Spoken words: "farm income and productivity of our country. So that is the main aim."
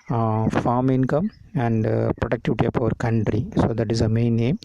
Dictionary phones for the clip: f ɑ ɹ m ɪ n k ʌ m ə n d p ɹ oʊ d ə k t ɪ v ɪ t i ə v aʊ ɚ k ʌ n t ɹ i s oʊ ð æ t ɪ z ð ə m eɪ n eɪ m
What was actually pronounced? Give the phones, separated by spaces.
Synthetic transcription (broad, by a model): f ɑ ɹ m ɪ n k ʌ m ə n d p ɹ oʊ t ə k t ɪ v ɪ t i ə p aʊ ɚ k ʌ n t ɹ i s oʊ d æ t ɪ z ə m eɪ n eɪ m